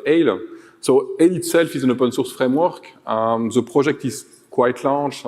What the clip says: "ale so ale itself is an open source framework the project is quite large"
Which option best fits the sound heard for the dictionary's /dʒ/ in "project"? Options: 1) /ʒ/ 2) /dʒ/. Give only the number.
1